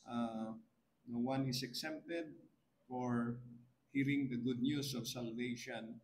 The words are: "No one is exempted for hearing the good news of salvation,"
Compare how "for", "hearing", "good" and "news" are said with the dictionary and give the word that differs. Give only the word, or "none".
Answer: news